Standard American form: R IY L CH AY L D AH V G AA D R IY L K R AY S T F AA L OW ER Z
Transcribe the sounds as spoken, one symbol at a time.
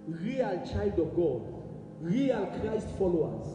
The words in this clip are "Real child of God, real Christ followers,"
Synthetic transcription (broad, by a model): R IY L CH AY L D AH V G AA D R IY L K R AY S T F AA L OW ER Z